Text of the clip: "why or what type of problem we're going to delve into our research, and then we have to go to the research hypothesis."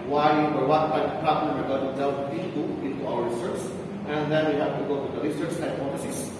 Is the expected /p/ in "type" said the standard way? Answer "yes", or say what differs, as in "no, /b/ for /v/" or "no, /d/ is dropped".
no, /p/ is dropped